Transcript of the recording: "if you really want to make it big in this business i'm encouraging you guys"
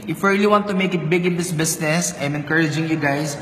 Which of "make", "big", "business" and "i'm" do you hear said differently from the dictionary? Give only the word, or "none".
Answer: business